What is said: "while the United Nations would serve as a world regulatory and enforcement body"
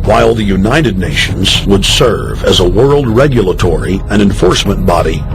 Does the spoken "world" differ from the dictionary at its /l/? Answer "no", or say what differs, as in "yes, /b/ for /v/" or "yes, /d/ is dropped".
no